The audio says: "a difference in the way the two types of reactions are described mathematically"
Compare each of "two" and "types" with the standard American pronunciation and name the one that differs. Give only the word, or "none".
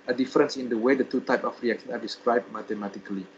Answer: types